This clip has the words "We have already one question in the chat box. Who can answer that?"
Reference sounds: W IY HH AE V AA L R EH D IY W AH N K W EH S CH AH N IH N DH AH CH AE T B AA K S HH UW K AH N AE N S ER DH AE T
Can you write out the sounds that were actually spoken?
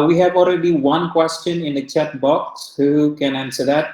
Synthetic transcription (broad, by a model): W IY HH AE V AA L R EH D IY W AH N K W EH S CH AH N IH N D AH CH AE T B AA K S HH UW K AH N AE N S ER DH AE T